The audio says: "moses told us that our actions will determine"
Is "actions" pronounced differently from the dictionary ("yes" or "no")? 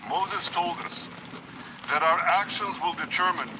no